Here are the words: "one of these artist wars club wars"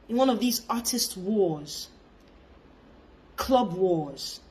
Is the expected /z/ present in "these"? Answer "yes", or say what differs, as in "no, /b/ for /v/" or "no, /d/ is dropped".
yes